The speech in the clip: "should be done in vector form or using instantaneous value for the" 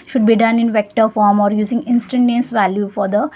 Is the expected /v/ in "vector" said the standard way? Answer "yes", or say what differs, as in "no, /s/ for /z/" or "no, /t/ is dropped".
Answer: yes